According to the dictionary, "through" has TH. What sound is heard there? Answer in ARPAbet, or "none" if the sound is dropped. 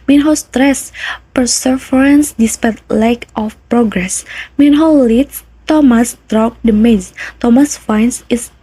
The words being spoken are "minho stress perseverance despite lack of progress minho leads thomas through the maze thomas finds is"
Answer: T